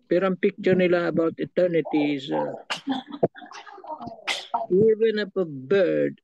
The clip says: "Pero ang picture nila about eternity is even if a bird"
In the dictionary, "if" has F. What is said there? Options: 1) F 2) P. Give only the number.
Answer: 2